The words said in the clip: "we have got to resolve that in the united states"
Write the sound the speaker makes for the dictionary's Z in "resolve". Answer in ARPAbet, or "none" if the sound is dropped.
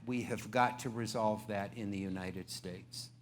Z